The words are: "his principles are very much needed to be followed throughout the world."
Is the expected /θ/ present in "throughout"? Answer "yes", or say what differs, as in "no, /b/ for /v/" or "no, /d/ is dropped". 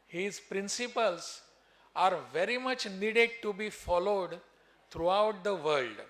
no, /t/ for /θ/